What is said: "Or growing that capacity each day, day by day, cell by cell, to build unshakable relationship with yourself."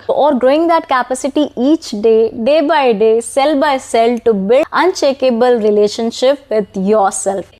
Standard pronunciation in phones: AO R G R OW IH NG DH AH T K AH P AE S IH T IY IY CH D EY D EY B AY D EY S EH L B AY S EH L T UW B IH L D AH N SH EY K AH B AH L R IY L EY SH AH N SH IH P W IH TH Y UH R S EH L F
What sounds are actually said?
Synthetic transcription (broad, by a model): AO R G R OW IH NG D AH T K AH P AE S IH T IY IY CH D EY D EY B AY D EY S EH L B AY S EH L T UW B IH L AH N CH EY K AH B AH L R IY L EY SH AH N SH IH P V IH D Y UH R S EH L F